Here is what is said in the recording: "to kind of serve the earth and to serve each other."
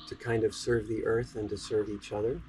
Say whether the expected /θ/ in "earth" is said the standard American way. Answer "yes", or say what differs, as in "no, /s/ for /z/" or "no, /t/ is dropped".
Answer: yes